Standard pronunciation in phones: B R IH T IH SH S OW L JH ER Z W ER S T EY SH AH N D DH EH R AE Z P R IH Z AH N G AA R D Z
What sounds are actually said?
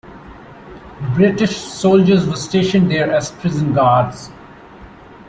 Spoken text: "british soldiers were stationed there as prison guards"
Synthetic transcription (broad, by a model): B R IH T IH SH S OW L JH ER Z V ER S T EY SH AH N D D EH R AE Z P R IH Z AH N G AA R D Z